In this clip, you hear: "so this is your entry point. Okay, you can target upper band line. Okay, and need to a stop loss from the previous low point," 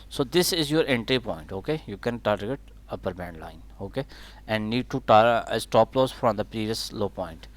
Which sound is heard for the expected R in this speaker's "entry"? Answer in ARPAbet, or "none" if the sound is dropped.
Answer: R